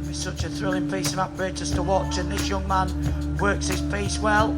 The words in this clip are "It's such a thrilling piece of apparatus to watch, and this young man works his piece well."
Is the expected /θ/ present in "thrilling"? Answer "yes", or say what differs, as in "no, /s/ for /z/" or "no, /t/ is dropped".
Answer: yes